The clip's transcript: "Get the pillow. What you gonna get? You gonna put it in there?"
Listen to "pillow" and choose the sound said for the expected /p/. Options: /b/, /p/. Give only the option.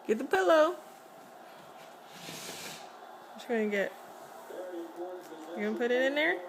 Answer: /p/